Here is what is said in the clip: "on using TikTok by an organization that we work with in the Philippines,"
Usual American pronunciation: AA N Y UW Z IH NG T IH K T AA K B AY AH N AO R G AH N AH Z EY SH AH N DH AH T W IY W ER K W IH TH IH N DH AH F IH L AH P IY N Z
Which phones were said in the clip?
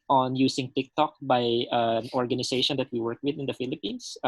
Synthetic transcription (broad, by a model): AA N Y UW S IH NG T IH K T AA K B AY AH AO R G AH N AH S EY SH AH N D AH T W IY W ER K W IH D IH N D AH F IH L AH P IY N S